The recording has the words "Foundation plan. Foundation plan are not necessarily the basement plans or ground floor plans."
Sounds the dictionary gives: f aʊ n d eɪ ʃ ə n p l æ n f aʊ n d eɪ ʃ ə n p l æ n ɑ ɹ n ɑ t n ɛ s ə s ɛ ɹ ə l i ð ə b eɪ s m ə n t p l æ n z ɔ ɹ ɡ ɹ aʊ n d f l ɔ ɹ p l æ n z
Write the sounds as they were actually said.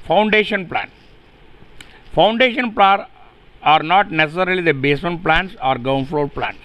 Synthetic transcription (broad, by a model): f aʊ n d eɪ ʃ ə n p l æ n f aʊ n d eɪ ʃ ə n p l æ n ɑ ɹ n ɑ t n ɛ s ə s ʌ ɹ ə l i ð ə b eɪ s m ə n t p l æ n s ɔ ɹ ɡ aʊ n f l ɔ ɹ p l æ n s